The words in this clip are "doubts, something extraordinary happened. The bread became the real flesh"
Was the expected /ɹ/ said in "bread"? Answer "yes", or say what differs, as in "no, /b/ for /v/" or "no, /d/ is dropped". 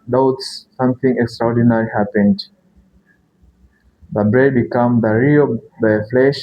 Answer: yes